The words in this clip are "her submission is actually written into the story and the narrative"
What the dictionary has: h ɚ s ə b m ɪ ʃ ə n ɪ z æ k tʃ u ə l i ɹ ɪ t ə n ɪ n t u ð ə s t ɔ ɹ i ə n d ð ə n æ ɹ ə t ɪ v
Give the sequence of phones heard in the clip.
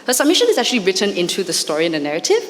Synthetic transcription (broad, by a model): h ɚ s ə b m ɪ ʃ ə n ɪ z æ k tʃ u ə l i ɹ ɪ t ə n ɪ n t u ð ə s t ɔ ɹ i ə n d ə n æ ɹ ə t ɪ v